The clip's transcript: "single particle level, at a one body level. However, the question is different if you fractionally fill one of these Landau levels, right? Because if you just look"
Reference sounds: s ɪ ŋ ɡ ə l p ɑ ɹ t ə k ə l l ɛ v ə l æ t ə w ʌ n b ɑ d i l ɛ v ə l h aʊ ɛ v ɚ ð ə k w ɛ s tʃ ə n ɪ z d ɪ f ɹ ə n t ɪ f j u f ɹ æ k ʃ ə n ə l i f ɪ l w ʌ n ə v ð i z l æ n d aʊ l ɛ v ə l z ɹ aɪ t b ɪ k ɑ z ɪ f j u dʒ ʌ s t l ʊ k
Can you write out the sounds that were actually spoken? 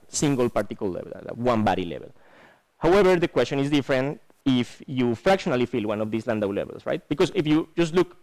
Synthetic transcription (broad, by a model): s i ŋ ɡ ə l p ɑ ɹ t ə k ə l l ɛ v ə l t w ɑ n b ɑ d i l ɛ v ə l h aʊ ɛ b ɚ ð ə k w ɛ s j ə n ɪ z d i f ɹ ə n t ɪ f j u f ɹ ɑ k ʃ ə n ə l i f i l w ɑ n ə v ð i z l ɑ n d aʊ l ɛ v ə l s ɹ aɪ t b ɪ k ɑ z ɪ f j u dʒ ʌ s t l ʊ k